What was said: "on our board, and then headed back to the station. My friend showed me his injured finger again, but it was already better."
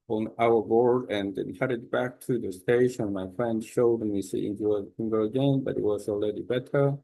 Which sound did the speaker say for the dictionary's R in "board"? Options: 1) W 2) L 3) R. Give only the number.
3